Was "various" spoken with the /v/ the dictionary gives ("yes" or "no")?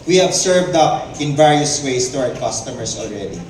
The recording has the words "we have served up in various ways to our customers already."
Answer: yes